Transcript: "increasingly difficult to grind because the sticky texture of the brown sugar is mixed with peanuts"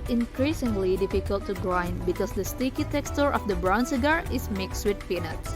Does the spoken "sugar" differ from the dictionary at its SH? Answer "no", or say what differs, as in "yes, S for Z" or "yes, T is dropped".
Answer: yes, S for SH